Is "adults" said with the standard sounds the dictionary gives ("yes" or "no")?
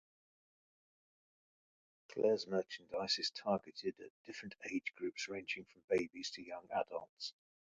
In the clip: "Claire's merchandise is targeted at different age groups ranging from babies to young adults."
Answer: yes